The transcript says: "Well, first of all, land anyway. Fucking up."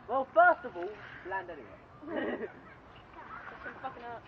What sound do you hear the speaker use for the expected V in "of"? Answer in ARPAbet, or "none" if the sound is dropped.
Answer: V